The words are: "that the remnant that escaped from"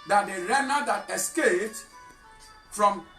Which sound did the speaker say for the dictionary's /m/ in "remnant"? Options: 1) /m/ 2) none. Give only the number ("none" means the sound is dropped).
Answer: 2